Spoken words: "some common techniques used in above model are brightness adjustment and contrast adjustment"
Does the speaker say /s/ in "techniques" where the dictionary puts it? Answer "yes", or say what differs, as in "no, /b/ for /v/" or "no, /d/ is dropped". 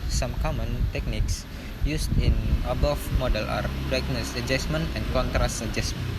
yes